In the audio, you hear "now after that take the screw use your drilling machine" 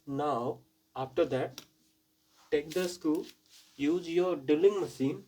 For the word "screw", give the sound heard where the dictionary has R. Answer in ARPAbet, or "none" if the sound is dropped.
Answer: none